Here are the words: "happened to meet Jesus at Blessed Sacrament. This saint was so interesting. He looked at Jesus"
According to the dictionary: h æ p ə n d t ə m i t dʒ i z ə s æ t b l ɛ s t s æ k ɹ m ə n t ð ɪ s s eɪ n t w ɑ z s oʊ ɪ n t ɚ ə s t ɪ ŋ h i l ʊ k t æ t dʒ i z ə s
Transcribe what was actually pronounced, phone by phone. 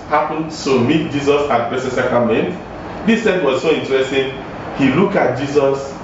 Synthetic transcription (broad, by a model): h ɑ p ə n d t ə m i t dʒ i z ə s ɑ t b ɛ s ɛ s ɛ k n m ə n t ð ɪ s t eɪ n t w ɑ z s oʊ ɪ n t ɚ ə s t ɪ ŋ h i l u k ɑ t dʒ i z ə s